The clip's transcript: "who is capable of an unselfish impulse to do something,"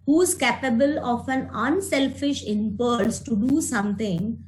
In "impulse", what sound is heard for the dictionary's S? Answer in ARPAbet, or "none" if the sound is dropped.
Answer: S